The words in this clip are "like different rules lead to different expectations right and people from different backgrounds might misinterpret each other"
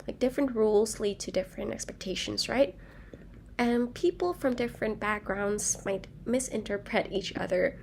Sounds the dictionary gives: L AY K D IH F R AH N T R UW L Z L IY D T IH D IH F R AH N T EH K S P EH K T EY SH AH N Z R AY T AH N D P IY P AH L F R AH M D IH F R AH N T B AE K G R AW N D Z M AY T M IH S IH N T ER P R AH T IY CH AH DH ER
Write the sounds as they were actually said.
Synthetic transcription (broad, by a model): L AY K D IH F R AH N T R UW L Z L IY D T IH D IH F R AH N T EH K S P EH K T EY SH AH N Z R AY T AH N P IY P L F R AH M D IH F R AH N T B AE K G R AW N D Z M AY T M IH S IH N T ER P R AH T IY CH AH DH ER